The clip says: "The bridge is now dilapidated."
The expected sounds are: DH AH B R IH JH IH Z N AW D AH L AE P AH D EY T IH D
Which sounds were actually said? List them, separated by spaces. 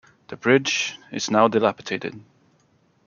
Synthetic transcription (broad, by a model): DH AH B R IH JH IH Z N AW D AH L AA P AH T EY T IH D